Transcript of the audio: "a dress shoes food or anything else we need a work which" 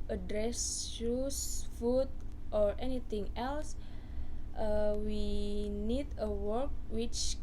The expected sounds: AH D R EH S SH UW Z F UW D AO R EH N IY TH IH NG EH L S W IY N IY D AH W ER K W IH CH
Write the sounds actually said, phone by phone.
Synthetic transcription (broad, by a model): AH D R EH S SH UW S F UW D AO R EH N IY T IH NG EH L S W IY N IY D AH W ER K W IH CH